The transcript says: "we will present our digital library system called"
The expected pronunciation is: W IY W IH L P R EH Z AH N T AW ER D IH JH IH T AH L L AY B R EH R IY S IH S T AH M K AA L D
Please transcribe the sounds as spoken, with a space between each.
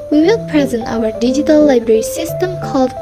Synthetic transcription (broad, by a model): W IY W IH L P R EH Z AH N T AW ER D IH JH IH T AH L L AY B R EH R IY S IH S T AH M K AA L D